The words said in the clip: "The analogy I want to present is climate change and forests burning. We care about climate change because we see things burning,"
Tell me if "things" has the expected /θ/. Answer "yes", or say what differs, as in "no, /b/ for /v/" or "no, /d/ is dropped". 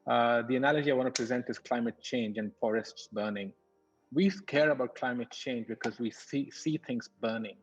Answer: no, /t/ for /θ/